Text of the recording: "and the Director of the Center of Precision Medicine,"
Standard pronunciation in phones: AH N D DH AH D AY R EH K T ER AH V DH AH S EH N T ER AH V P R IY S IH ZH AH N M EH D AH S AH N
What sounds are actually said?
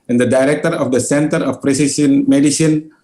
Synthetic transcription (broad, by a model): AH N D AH D AY R EH K T ER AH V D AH S EH N T ER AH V P R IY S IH S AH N M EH D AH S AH N